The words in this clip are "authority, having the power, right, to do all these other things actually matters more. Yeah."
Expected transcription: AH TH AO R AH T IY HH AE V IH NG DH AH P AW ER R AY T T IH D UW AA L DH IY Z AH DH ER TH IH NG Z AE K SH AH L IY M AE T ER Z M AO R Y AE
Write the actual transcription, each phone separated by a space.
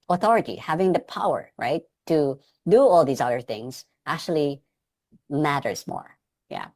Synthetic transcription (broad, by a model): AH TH AO R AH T IY HH AE V IH NG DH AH P AW ER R AY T T IH D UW AA L DH IY Z AH DH ER TH IH NG Z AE K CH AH L IY M AE T ER Z M AO R Y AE